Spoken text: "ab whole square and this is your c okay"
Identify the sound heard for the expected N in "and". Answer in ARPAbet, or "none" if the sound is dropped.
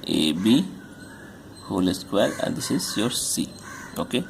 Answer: L